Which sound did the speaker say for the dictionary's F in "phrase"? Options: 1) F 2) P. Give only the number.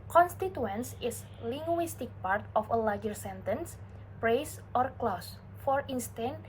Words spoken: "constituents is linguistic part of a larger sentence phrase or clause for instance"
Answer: 2